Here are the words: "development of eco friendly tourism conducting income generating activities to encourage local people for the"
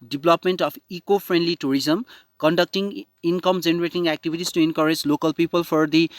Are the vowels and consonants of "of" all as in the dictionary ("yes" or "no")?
no